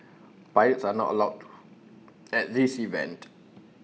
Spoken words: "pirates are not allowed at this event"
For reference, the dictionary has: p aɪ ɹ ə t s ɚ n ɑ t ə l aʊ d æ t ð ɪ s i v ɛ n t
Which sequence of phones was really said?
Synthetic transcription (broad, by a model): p aɪ ə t s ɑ n ɑ t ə l aʊ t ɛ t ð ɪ s i v ɛ n t